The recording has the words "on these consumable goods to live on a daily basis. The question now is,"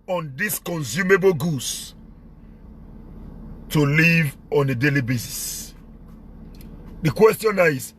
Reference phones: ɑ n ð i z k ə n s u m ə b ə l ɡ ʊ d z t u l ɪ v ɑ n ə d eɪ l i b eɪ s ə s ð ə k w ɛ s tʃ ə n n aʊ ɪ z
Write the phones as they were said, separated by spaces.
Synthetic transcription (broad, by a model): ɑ n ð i s k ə n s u m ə b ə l ɡ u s t u l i v ɑ n ə d eɪ l i b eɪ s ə s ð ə k w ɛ s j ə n n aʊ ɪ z